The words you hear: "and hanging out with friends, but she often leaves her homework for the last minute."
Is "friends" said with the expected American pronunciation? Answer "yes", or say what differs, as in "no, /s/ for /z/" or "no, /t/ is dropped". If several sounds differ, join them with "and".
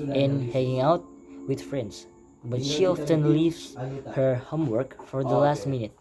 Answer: no, /s/ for /z/